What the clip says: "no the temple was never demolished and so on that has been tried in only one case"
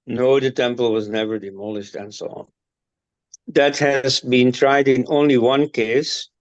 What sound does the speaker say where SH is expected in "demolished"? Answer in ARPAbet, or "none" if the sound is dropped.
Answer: SH